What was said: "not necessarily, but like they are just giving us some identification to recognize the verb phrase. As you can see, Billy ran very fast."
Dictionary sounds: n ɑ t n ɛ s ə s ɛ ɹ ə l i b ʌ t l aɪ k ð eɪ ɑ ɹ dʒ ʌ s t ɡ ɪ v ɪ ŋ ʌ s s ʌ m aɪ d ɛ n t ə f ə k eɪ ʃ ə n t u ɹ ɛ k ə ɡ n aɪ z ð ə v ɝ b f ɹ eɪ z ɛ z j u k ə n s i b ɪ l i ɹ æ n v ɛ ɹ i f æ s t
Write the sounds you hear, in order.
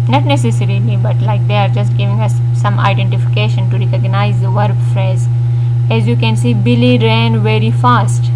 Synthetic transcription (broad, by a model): n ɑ t n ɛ s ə s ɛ ɹ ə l i b ʌ t l aɪ k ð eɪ ɑ ɹ dʒ ʌ s t ɡ ɪ v ɪ ŋ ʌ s s ʌ m aɪ d ɛ n t ə f ə k eɪ ʃ ə n t u ɹ ɛ k ə ɡ n aɪ z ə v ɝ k f ɹ eɪ z ɛ z j u k ə n s i b ɪ l i ɹ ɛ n v ɛ ɹ i f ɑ s t